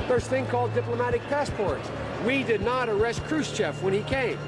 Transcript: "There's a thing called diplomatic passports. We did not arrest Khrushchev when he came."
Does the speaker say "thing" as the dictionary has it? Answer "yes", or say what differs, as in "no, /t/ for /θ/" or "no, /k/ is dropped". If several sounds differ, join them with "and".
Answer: yes